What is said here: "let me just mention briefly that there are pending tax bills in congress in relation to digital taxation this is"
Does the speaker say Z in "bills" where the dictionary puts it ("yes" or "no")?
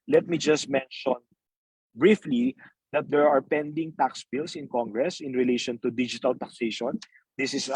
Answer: no